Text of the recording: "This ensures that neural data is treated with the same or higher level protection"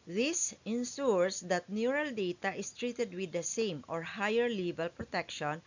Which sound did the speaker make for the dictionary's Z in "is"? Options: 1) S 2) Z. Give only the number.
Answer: 1